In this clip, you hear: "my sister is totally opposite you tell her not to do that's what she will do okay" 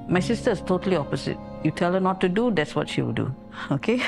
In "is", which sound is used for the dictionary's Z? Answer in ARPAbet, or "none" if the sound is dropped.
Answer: S